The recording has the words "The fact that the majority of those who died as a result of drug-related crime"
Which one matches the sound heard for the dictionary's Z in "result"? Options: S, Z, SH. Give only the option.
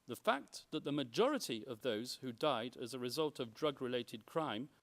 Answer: Z